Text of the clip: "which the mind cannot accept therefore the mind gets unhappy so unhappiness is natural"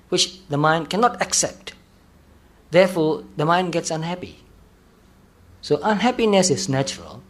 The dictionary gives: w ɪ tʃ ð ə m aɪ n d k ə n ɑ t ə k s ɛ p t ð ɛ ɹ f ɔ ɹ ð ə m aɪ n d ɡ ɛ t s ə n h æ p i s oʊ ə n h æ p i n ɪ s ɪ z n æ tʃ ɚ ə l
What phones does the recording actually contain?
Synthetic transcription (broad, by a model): w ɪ tʃ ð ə m aɪ n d k ə n ɑ t ə k s ɛ p t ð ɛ f ɔ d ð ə m aɪ n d ɡ ɛ t s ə n h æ p i s oʊ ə n h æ p i n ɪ s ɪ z n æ tʃ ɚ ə l